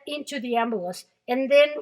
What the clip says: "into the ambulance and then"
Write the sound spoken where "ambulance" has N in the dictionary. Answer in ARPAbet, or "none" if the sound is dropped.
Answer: none